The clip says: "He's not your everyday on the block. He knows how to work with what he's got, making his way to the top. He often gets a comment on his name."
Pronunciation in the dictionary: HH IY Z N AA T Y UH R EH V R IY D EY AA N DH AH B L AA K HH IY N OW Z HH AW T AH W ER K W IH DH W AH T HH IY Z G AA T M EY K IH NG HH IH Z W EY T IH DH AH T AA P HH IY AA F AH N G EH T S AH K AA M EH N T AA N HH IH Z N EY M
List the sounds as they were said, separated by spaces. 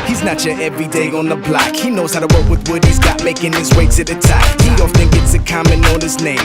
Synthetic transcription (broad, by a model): HH IY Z N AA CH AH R EH V R IY D EY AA N DH AH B L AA K HH IY N OW Z HH AW T AH W ER K W IH DH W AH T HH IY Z G AA T M EY K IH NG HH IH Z W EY S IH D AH T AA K HH IY AA F AH N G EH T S AH K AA M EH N AA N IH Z N EY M